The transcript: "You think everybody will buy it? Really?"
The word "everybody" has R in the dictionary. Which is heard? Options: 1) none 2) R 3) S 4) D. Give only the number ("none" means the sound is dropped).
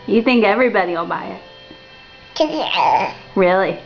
2